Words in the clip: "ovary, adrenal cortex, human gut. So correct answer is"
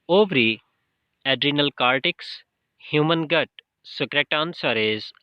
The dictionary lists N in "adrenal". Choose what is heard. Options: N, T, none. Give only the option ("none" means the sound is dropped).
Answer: N